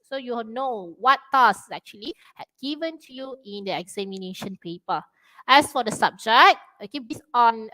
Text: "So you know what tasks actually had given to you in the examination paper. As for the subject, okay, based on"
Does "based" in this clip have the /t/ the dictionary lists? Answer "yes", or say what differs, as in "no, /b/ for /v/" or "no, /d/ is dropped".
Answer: no, /t/ is dropped